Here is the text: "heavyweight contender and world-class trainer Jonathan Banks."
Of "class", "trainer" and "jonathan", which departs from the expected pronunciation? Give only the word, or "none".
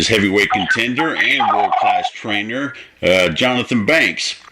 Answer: none